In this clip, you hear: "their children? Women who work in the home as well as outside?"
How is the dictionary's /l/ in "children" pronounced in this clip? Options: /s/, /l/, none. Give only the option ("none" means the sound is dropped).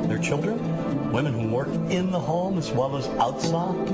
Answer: /l/